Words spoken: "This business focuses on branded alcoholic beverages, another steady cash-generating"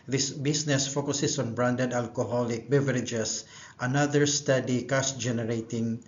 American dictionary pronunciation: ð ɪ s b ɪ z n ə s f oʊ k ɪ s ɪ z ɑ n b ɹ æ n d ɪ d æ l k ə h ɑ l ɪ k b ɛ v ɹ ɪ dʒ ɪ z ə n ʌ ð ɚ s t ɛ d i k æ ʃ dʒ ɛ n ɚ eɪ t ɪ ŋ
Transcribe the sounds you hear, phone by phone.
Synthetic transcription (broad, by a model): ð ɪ s b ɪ s n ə s f oʊ k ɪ s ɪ s ɑ n b ɹ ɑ n d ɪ d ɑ l k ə h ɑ l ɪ k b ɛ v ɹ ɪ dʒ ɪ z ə n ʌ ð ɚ s t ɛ d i k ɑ s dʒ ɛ n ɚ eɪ t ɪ ŋ